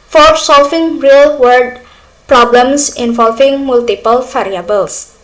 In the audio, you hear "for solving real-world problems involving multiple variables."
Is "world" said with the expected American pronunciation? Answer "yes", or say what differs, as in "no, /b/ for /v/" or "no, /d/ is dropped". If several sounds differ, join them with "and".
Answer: no, /l/ is dropped